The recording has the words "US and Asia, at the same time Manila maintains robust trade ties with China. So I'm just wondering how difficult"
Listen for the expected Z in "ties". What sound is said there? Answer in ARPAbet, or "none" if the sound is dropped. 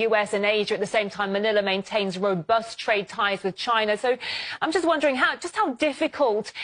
Z